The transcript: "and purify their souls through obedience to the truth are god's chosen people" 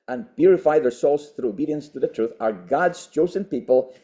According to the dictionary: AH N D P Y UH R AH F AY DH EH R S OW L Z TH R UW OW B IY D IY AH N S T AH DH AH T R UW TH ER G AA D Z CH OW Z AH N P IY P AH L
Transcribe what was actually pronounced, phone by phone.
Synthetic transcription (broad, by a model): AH N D P Y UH R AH F AY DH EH R S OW L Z TH R UW OW B IY D IY AH N S T AH DH AH T R UW TH ER G AA D Z CH OW Z AH N P IY P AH L